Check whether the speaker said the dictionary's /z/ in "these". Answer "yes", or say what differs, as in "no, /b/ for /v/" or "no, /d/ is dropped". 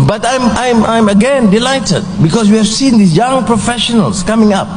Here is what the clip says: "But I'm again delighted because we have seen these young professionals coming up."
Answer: no, /z/ is dropped